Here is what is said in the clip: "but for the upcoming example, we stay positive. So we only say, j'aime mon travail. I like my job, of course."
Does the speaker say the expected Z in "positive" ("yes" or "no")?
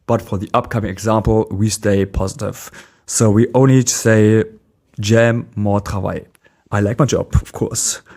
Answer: yes